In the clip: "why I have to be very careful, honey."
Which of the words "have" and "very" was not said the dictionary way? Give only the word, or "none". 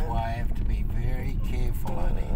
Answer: have